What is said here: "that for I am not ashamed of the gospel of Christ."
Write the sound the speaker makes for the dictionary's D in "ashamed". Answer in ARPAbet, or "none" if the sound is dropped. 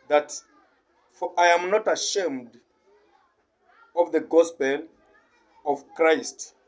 D